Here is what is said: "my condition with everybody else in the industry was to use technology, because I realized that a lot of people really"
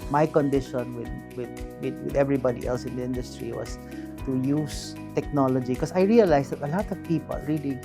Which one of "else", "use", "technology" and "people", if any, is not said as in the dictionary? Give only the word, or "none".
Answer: none